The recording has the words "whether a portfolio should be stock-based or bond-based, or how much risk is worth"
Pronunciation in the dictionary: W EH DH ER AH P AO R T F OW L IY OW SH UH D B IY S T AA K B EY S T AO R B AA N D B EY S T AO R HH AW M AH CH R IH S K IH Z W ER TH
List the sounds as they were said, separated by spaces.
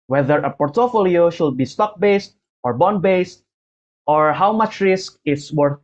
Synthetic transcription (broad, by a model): W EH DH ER AH P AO R T F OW L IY OW SH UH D B IY S T AA K B EY S T AO R B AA N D B EY S T AO R HH AW M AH CH R IH S K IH S W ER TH